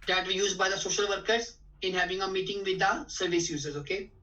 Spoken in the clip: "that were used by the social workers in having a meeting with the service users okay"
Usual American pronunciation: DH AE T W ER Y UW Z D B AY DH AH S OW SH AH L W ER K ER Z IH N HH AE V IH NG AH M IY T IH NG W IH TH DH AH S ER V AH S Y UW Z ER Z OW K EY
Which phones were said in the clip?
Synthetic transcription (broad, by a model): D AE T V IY Y UW Z D B AY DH AH S OW SH AH L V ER K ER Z IH N HH AE V IH NG AH M IY T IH NG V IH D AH S ER V AH S Y UW Z ER Z OW K EY